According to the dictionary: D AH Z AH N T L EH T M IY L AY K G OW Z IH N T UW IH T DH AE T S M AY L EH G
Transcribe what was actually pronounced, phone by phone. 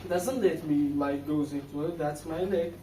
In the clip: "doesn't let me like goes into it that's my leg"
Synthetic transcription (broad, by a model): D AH Z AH N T L EH T M IY L AY K G OW Z IH N T UW IH T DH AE T S M AY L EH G